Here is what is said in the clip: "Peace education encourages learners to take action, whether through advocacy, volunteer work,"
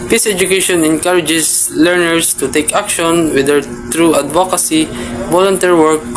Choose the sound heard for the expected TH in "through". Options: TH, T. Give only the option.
T